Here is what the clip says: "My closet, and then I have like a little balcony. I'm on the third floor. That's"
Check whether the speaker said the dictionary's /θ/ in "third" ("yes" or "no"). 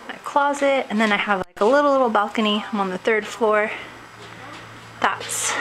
yes